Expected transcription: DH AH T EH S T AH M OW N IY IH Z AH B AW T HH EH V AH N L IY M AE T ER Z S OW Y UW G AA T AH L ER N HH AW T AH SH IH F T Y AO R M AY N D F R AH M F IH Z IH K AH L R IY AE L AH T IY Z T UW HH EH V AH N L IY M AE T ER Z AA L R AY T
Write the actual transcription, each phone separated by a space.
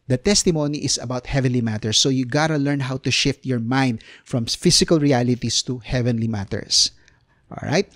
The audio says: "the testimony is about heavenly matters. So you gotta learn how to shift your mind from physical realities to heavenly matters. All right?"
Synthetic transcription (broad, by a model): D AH T EH S T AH M OW N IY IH S AH B AW T HH EH V AH N L IY M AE T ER S OW Y UW G AA T AH L ER N HH AW T AH SH IH F T Y AO R M AY N D F R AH M F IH S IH K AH L R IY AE L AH T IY S T UW HH EH V AH N L IY M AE T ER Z AA L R AY T